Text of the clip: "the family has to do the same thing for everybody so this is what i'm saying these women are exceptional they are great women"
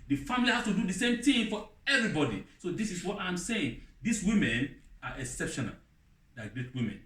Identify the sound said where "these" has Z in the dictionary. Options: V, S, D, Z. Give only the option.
S